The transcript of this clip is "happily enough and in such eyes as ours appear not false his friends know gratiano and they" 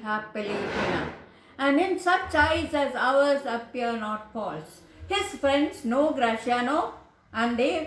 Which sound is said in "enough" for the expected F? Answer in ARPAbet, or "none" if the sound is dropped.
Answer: none